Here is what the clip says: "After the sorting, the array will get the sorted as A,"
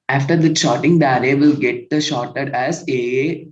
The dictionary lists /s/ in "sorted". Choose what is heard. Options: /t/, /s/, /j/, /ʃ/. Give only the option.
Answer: /ʃ/